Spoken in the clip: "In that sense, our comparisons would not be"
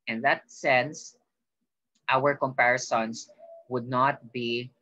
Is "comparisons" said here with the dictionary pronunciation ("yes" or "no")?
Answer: no